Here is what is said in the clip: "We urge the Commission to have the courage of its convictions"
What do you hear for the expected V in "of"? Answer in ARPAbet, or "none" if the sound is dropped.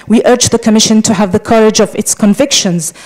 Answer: V